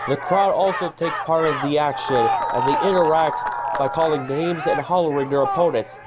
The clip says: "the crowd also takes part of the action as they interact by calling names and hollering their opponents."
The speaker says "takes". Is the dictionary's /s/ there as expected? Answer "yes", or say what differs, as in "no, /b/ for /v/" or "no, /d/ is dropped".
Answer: yes